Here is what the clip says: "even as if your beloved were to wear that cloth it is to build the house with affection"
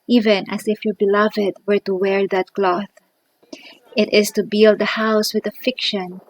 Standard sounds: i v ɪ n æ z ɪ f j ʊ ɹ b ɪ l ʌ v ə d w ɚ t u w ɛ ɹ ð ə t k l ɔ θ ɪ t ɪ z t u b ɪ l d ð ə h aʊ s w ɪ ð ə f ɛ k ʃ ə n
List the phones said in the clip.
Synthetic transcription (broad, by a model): i v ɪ n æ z ɪ f j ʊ ɹ b ɪ l ʌ v ə d w ɚ t u w ɛ ɹ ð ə t k l ɔ θ ɪ t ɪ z t u b ɪ l d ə h aʊ s w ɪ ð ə f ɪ k ʃ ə n